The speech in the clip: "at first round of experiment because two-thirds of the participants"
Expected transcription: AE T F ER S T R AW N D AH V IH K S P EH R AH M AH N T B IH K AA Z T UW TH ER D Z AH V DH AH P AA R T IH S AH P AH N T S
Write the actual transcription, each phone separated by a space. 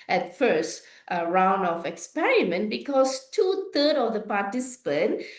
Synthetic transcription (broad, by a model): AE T F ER S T R AW N D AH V IH K S P EH R AH M AH N T B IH K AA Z T UW T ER D AH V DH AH P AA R T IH S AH P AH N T